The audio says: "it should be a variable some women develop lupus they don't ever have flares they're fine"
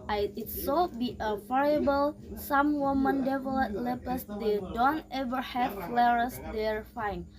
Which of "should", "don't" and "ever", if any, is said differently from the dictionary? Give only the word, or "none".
should